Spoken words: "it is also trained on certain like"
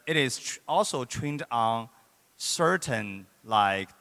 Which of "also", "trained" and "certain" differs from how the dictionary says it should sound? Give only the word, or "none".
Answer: trained